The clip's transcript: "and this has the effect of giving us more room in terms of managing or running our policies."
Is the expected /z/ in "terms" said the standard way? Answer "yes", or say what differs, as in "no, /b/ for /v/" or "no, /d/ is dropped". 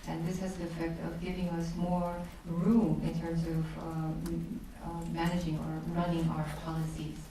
yes